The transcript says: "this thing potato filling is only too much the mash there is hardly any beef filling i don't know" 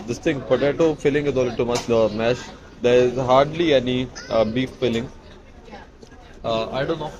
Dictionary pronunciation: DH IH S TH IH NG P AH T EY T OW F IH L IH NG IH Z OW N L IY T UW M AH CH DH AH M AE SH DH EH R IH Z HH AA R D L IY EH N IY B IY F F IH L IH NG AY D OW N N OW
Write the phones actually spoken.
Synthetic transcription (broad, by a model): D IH S T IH NG B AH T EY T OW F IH L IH NG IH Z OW L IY T UW M AH CH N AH M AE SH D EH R IH Z HH AA R D L IY EH N IY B IY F F IH L IH NG AY D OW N N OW